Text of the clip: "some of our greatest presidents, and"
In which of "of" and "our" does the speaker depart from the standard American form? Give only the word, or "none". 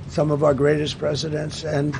none